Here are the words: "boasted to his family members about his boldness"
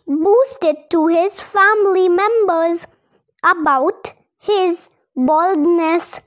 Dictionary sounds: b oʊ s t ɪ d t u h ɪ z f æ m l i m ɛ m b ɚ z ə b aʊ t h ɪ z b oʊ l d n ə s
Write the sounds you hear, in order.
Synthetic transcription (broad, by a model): b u s t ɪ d t u h ɪ z f æ m l i m ɛ m b ɚ z ə b aʊ t h ɪ z b oʊ l d n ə s